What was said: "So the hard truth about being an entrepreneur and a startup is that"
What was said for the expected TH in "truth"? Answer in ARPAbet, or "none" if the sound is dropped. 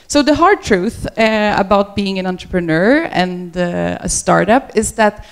TH